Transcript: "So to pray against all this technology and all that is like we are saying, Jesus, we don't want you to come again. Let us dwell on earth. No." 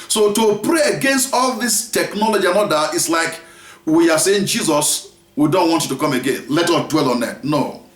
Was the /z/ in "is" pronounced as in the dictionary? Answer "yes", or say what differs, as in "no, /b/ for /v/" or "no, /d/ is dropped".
no, /s/ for /z/